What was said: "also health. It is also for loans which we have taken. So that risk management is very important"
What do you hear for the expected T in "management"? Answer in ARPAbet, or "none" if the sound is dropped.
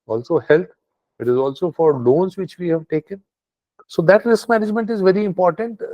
T